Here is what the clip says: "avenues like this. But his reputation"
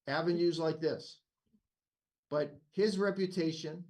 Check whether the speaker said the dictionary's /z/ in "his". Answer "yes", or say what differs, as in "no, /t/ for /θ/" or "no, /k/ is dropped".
yes